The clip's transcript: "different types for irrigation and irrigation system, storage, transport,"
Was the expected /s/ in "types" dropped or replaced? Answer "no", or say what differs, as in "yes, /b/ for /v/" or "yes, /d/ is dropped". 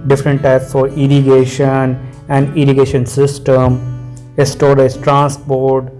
no